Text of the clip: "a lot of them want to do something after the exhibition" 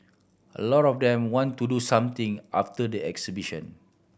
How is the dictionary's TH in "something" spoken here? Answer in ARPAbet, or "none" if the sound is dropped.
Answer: T